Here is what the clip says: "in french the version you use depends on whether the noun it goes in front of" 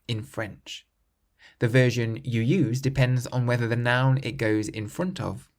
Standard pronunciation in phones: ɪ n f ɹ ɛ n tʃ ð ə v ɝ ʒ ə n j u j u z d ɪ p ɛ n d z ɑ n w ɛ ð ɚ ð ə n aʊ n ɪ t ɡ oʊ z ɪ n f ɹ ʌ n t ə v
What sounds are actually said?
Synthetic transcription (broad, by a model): ɪ n f ɹ ɛ n tʃ ð ə v ɝ ʒ ə n j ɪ j u z d ɪ p ɛ n d z n w ɛ ð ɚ ð ə n aʊ n ɪ t ɡ oʊ z ɪ n f ɹ ʌ n t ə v